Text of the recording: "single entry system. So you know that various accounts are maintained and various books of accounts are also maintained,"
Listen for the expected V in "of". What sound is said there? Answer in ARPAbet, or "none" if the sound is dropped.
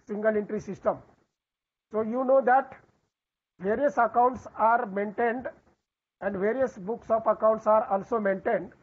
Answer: P